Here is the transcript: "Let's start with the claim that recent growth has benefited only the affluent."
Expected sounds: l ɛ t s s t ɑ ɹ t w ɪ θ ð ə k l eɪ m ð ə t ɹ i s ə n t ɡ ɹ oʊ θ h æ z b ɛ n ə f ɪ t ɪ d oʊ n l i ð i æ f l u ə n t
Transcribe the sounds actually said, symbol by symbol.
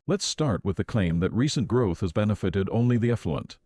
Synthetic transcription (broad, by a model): l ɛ t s s t ɑ ɹ t w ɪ ð ə k l eɪ m ð ə t ɹ i s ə n ɡ ɹ oʊ θ h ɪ z b ɛ n ə f ɪ t ɪ d oʊ n l i ð i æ f l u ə n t